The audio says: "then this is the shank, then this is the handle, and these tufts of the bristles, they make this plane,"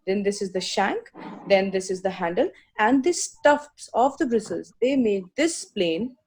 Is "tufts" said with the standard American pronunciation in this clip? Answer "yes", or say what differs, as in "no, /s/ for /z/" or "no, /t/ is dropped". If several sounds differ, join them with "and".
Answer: yes